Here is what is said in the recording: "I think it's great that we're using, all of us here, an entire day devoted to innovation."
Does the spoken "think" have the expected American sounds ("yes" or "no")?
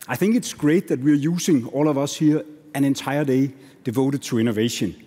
yes